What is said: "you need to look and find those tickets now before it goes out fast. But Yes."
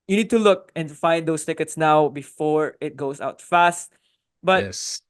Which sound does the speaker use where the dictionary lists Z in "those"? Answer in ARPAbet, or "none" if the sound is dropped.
S